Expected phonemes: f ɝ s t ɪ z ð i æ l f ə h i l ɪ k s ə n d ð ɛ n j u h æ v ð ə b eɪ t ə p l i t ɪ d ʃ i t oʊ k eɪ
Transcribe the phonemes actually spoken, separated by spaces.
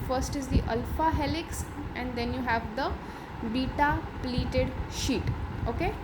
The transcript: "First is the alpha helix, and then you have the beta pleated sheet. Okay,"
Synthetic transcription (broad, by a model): f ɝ s t ɪ z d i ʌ l f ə h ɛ l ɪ k s ə n d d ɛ n j u h æ v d ə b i t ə p l i t ɪ d ʃ i t oʊ k eɪ